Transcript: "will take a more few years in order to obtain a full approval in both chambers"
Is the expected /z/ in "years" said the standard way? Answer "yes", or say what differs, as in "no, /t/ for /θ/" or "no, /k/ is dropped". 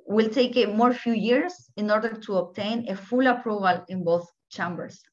no, /s/ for /z/